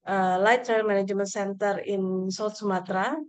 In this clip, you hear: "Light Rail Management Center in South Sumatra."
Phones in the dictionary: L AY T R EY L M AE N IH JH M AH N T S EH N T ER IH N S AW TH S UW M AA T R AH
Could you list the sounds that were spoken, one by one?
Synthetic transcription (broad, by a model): L AY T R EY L M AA N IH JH M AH N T S EH N T ER IH N S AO T S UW M AA T R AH